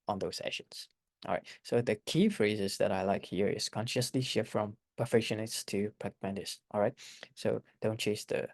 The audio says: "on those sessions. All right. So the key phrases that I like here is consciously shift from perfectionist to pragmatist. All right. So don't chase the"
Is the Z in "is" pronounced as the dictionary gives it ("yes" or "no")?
no